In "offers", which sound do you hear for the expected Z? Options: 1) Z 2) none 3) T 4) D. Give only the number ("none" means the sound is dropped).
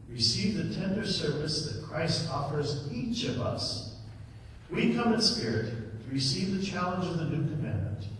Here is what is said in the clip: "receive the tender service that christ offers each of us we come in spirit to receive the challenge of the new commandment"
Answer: 1